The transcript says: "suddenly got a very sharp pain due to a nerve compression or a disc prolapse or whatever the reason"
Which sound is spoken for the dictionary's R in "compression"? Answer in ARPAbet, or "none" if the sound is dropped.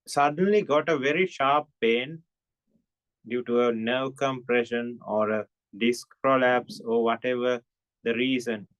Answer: R